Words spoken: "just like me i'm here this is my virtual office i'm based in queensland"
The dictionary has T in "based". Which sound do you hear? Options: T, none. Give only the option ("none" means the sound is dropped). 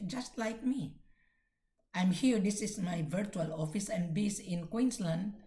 none